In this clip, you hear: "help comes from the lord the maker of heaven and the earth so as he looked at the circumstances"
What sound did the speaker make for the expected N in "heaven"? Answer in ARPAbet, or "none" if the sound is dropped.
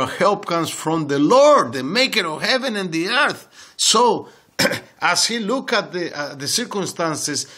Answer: N